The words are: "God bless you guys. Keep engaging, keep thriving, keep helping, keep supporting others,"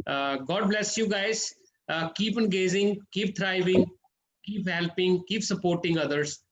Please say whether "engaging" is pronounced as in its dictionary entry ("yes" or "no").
no